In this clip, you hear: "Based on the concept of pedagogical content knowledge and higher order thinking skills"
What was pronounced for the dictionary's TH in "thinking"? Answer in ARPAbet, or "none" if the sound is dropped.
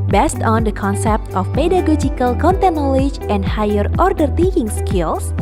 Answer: T